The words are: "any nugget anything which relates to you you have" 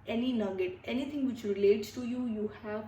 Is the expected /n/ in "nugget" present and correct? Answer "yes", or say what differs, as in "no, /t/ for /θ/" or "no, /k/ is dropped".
no, /l/ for /n/